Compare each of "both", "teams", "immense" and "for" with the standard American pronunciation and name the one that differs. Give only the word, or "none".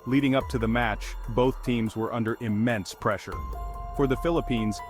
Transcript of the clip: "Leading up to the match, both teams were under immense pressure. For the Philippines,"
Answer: none